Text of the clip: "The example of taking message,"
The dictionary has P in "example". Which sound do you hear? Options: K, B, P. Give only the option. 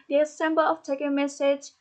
B